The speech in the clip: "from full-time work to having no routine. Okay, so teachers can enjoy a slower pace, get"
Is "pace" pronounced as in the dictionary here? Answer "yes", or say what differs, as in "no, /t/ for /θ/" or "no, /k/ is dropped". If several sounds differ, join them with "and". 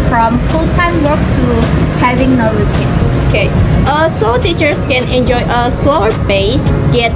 no, /b/ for /p/